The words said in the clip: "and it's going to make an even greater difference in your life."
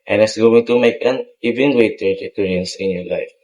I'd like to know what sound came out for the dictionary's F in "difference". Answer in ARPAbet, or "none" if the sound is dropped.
P